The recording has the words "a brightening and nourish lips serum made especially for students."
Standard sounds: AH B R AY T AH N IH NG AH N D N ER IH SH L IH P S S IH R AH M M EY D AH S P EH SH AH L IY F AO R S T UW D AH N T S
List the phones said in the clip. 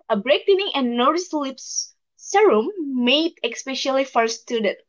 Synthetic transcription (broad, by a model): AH B R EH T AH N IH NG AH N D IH S L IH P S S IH R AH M M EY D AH S P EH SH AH L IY F AO R S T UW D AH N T